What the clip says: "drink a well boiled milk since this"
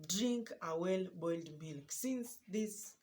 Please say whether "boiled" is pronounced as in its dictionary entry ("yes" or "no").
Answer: yes